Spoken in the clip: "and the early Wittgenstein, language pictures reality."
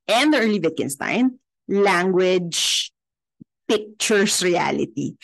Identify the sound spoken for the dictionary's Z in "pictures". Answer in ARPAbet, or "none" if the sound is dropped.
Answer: S